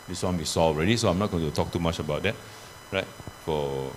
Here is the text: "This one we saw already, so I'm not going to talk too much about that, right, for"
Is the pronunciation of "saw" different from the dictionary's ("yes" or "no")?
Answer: no